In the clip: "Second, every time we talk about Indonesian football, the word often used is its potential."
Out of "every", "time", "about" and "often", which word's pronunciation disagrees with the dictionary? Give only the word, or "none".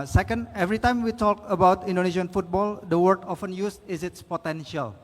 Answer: none